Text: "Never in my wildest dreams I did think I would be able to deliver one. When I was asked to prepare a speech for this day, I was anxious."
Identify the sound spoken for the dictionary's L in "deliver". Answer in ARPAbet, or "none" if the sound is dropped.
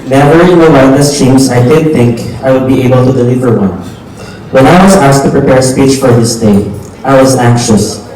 L